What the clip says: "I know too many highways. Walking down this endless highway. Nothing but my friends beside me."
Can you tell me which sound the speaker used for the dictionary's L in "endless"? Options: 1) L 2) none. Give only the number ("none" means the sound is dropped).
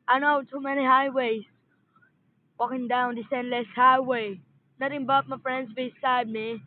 1